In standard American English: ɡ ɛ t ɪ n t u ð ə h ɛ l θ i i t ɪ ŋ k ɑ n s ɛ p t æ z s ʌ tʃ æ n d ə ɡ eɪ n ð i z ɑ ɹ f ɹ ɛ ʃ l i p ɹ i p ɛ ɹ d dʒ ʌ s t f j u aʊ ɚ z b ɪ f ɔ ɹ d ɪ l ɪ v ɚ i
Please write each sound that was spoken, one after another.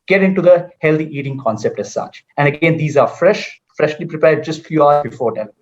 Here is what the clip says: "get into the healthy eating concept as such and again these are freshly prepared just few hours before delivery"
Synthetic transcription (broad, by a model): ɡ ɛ t ɪ n t u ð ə h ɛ l t i i t ɪ ŋ k ɑ n s ɛ p t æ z s ʌ tʃ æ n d ə ɡ eɪ n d i z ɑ ɹ f ɹ ɛ ʃ l i p ɹ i p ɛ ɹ d dʒ ʌ s t f j u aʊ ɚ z b ɪ f ɔ ɹ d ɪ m